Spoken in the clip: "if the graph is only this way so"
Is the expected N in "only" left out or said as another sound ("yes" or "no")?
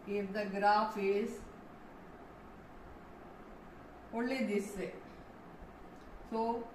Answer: yes